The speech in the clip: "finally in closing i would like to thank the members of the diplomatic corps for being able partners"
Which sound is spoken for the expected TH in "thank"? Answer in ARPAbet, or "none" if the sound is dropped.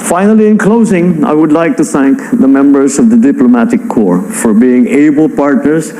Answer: TH